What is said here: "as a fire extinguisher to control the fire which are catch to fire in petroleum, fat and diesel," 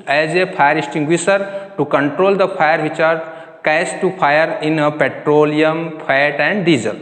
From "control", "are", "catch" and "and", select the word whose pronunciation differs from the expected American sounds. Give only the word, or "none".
catch